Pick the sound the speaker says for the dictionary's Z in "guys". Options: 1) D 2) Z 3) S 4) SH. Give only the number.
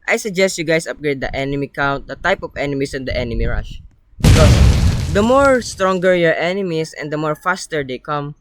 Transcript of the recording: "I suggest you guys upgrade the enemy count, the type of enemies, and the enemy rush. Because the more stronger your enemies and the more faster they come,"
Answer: 3